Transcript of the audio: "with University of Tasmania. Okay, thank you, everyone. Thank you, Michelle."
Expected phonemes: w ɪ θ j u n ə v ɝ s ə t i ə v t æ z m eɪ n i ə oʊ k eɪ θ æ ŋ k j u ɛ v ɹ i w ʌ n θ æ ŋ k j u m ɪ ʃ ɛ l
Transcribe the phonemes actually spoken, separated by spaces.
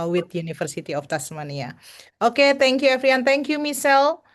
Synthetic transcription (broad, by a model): w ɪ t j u n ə f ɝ s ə t i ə f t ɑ s m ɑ n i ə oʊ k eɪ t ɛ ŋ k j u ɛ f ɹ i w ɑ n t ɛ ŋ k j u m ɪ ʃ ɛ l